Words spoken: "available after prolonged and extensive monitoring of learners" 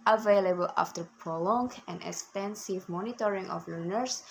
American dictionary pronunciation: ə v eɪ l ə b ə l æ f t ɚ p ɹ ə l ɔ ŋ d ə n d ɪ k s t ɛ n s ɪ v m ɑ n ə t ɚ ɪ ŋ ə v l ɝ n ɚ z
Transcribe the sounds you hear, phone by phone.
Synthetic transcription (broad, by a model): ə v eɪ l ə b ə l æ f t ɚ p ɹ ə l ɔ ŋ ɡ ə n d ɪ k s t ɛ n s ɪ v m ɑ n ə t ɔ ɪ ŋ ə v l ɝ n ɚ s